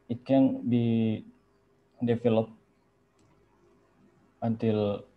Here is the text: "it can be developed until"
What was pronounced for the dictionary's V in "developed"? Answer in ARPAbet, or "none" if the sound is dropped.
F